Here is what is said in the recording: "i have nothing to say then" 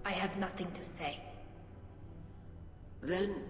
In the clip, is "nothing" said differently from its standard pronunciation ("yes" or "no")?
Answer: no